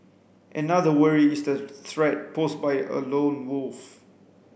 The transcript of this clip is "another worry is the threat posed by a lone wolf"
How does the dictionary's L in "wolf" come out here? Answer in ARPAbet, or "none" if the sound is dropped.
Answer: L